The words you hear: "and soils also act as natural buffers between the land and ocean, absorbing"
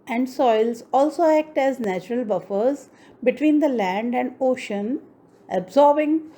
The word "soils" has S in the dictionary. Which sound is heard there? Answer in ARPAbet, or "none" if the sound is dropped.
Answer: S